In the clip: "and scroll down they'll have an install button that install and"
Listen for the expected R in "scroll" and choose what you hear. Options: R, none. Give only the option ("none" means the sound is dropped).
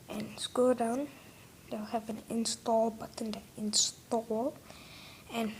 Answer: none